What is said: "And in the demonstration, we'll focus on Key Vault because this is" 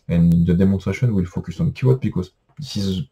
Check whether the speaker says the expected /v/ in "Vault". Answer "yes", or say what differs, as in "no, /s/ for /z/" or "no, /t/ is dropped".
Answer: no, /w/ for /v/